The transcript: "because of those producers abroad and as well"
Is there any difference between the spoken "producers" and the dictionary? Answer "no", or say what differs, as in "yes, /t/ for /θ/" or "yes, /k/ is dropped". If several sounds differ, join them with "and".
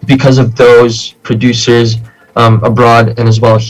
no